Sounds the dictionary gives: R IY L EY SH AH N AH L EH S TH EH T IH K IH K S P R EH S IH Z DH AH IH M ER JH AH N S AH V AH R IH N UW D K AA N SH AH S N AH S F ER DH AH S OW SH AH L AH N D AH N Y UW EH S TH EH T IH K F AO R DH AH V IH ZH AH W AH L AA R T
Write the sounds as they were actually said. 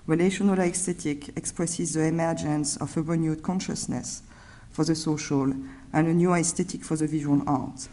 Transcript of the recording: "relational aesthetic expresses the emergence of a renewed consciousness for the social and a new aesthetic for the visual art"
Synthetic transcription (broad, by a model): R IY L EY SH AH N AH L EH S T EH T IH K IH K S P R EH S IH Z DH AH IH M ER JH AH N S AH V AH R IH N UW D K AA N SH AH S N AH S F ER DH AH S OW SH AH L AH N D AH N Y UW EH S T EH T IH K F AO R DH AH V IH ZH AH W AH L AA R T